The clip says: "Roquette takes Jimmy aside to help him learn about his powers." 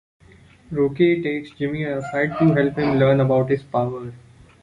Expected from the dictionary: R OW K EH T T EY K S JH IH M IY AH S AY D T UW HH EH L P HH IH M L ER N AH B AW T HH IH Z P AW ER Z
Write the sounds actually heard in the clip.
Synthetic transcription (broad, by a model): R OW K EH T T EY K S JH IH M IY AH S AY D T UW HH EH L P HH IH M L ER N AH B AW T HH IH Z P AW ER